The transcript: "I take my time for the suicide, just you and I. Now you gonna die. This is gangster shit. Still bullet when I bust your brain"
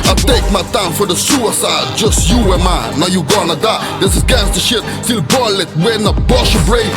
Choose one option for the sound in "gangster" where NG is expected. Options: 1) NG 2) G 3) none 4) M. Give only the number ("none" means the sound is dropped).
3